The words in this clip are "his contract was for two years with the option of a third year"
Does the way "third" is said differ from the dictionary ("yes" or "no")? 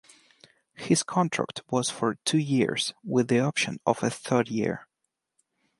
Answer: no